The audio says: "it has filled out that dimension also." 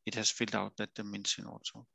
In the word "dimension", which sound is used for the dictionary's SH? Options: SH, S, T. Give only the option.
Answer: S